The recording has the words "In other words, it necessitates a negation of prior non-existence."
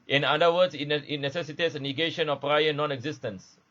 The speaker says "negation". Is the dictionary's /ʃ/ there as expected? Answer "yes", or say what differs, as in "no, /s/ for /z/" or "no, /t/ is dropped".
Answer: yes